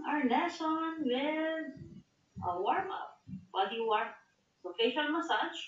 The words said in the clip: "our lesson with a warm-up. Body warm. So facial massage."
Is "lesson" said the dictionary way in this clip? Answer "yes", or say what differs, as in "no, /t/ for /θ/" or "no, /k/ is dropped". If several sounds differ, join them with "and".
no, /n/ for /l/